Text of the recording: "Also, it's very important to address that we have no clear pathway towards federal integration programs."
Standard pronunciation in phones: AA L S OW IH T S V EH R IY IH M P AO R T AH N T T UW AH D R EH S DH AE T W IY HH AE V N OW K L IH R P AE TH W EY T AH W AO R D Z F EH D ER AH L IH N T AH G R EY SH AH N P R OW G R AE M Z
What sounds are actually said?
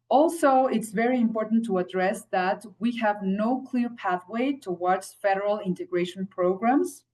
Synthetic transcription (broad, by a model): AA L S OW IH T S V EH R IY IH M P AO R T N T T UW AH D R EH S DH AE T W IY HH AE V N OW K L IH R P AE TH W EY T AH W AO R D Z F EH D ER AH L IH N T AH G R EY SH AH N P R OW G R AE M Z